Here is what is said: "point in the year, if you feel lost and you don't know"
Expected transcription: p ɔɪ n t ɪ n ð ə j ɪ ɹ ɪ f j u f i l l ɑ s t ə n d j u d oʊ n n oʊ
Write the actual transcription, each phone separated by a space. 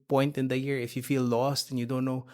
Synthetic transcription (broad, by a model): p ɔɪ n t ɪ n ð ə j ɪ ɹ ɪ f j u f i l l ɑ s t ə n j u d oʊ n n oʊ